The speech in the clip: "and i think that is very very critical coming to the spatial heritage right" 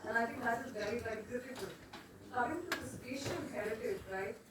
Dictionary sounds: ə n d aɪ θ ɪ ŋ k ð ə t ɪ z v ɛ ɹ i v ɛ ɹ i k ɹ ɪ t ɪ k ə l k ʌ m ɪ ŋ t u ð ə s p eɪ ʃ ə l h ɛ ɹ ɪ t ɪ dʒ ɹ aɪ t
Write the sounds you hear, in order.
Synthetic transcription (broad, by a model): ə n aɪ t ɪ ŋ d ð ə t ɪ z v ɛ ɹ i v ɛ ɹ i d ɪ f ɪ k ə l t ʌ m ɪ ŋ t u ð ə s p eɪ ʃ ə n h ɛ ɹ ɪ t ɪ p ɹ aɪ